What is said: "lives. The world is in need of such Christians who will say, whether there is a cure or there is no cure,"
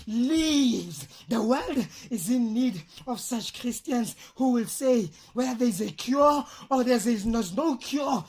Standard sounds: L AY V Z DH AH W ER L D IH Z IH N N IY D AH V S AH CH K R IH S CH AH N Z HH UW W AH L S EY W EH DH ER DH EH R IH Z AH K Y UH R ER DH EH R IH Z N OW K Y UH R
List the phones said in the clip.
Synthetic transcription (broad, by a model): L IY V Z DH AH W ER L D IH Z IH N N IY D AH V S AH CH K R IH S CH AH N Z HH UW W AH L S EY W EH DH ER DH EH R IH Z AH K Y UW R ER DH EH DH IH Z N OW K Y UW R